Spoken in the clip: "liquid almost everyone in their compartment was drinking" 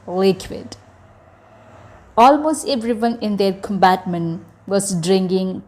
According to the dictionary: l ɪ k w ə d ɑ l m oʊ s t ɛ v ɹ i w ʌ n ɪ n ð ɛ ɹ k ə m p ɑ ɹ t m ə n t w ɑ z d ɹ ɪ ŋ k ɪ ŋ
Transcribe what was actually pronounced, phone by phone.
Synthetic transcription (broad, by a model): l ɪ k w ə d ɑ l m oʊ s t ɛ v ɹ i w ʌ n ɪ n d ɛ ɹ k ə m b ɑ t m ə n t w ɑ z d ɹ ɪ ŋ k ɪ ŋ